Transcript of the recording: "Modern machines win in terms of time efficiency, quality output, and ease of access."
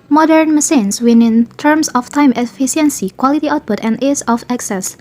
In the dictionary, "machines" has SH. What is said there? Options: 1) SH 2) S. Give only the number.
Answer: 2